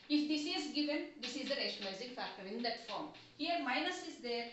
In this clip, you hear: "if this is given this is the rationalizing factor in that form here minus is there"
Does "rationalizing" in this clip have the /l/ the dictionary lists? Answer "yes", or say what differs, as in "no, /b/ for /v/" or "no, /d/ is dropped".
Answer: no, /l/ is dropped